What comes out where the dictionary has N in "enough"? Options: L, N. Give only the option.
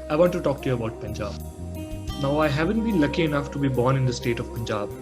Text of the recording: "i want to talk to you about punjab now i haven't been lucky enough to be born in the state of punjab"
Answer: N